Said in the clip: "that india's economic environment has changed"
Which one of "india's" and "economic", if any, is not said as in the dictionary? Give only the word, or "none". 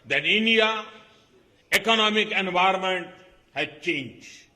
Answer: india's